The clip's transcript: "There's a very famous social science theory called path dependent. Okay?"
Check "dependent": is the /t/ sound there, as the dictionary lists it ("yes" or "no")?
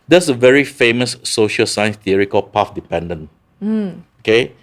no